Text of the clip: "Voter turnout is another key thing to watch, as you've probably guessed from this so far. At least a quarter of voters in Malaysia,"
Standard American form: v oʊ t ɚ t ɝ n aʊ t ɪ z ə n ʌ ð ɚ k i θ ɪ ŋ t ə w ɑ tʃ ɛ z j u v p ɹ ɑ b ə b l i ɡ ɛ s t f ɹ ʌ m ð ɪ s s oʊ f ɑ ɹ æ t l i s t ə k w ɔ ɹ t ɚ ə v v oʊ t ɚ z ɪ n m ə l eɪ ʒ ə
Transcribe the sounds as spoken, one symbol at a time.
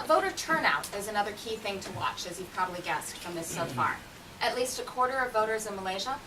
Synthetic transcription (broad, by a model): v oʊ t ɚ t ɝ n aʊ t ɪ z ə n ʌ ð ɚ k i θ ɪ ŋ t ə w ɑ tʃ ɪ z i p ɹ ɑ b ə b l i ɡ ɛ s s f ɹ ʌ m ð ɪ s s oʊ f ɑ ɹ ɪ t l i s t ə k w ɔ ɹ t ɚ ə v v oʊ t ɚ z ɪ n m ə l eɪ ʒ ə